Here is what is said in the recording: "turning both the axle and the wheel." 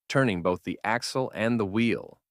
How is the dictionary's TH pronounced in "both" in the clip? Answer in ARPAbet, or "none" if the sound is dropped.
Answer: TH